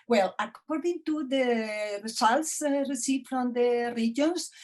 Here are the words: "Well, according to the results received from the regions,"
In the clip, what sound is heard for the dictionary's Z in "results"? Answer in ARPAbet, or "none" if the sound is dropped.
S